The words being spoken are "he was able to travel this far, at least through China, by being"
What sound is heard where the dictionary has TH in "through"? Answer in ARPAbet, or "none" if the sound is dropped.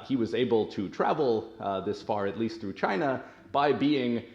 TH